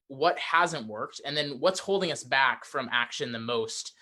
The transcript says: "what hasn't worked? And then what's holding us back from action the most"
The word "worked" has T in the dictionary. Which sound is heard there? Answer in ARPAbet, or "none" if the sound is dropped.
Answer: T